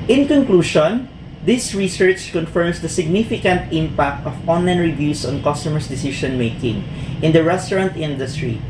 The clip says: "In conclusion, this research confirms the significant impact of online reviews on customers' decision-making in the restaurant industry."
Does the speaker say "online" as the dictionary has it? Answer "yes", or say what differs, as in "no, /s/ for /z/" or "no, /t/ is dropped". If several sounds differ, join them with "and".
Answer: yes